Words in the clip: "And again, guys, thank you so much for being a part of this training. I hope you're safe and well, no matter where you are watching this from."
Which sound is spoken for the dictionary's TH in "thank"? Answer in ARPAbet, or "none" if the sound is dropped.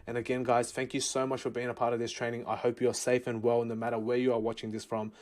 TH